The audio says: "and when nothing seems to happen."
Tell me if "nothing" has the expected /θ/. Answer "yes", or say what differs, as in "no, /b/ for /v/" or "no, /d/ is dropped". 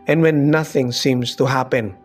yes